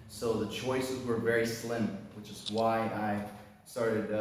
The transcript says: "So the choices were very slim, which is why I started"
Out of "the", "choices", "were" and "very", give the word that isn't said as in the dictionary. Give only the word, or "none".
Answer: none